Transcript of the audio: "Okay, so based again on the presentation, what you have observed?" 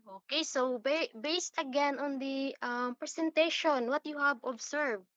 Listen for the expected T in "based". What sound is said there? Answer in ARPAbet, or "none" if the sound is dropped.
T